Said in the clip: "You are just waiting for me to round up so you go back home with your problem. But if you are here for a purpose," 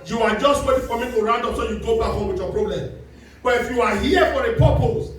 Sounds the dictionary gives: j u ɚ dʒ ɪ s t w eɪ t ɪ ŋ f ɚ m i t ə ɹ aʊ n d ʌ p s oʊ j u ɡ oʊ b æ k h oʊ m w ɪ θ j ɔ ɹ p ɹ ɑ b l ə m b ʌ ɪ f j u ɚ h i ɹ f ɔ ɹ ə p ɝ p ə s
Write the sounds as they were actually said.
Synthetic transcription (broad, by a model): j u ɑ dʒ ɪ s t w eɪ t ɪ ŋ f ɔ m i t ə ɹ aʊ n d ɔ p s oʊ j u ɡ oʊ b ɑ h oʊ m w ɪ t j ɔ p ɹ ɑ b l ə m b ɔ ɪ f j u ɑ h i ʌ f ɔ ɹ ə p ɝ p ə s